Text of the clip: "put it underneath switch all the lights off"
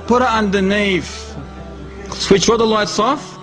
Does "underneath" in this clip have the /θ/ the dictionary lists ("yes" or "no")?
no